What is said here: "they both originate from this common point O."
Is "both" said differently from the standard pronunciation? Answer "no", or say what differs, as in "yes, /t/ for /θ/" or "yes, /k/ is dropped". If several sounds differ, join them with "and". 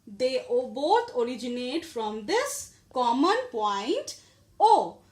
yes, /t/ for /θ/